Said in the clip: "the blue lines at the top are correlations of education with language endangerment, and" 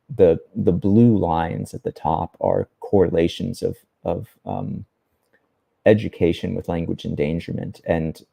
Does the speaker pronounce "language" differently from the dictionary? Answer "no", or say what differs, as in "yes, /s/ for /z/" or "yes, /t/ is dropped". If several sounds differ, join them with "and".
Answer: no